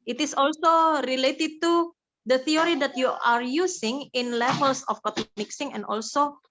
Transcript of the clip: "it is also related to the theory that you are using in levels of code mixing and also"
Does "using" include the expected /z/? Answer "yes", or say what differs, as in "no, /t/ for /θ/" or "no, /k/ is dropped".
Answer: no, /s/ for /z/